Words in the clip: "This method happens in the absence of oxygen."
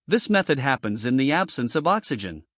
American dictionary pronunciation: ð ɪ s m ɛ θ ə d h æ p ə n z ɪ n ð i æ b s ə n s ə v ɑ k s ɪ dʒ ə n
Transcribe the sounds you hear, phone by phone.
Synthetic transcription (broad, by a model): ð ɪ s m ɛ θ ə d h æ p ə n z ɪ n ð i æ b s ə n s ə v ɑ k s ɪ dʒ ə n